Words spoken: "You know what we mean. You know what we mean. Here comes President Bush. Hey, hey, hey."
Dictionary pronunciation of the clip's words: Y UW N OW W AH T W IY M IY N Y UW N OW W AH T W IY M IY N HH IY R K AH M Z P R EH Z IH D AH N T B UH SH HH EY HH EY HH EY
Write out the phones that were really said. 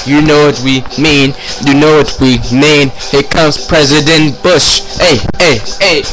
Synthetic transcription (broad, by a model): Y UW N OW W AH T W IY M IY N Y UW N OW W AH T W IY M IY N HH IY K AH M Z P R EH Z IH D AH N T B UH SH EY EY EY